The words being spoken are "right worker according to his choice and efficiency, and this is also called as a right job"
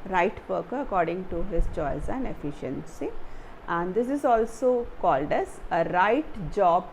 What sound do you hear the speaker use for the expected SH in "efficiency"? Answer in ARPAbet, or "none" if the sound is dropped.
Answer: SH